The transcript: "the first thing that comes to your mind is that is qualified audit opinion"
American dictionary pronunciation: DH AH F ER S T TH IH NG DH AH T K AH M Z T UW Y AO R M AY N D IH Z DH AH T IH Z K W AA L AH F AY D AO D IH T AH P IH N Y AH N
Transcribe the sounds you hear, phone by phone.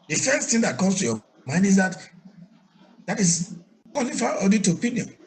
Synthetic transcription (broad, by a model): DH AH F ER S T T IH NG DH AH T K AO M S T UW Y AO M AY N D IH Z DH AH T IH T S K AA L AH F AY AO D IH T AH P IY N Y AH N